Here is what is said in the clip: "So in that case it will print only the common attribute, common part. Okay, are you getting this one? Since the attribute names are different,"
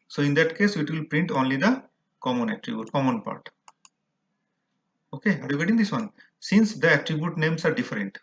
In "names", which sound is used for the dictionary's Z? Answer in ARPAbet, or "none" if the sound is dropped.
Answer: S